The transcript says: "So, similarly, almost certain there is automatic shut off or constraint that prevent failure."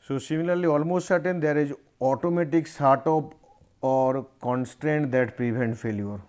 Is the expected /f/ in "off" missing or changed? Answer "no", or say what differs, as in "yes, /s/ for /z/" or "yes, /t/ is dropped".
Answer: yes, /p/ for /f/